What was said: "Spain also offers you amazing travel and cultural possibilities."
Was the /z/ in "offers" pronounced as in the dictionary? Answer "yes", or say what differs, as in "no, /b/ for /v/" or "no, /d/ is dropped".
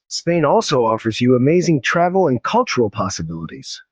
yes